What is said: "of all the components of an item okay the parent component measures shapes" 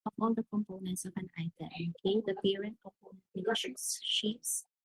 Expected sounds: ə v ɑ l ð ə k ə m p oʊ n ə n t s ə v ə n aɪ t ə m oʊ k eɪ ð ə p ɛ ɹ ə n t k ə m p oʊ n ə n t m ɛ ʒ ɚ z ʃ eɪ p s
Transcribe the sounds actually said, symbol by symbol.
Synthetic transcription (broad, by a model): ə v ɑ l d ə k ə m p oʊ n ə n t s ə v ə n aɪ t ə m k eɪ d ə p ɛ ɹ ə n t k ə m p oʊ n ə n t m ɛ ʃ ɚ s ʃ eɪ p s